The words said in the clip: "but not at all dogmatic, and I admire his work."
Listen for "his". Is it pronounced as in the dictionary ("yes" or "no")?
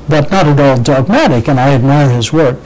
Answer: yes